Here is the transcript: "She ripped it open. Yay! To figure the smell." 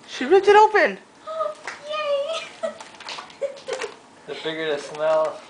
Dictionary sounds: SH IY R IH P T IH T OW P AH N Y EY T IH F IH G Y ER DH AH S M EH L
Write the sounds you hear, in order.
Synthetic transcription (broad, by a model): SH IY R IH T IH T OW P AH N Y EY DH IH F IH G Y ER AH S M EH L